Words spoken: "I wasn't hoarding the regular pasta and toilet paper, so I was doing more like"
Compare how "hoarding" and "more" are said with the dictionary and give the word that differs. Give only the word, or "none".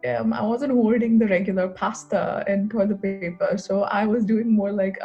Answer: hoarding